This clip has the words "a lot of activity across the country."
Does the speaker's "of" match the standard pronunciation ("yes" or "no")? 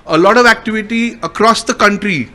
yes